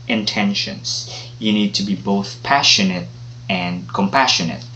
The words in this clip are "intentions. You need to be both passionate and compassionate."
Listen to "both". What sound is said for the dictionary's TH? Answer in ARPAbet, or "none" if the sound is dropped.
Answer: TH